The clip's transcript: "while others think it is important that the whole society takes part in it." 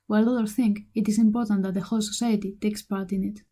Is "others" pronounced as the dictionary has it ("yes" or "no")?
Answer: no